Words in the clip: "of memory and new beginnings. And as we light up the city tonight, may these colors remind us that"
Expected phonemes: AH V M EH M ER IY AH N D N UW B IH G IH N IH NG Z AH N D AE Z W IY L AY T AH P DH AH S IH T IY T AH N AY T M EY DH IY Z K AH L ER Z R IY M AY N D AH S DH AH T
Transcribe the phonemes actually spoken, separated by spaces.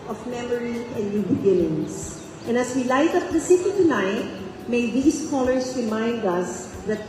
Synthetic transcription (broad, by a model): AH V M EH M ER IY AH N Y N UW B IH G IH N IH NG S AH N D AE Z W IY L AY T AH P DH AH S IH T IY T AH N AY T M EY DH IY S K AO L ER S R IY M AY N D AH S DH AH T